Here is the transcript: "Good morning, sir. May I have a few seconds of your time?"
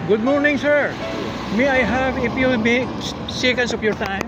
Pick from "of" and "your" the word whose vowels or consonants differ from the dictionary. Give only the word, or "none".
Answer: of